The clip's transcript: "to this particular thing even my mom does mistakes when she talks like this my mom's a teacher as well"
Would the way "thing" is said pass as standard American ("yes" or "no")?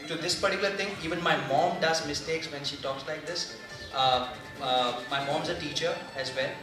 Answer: no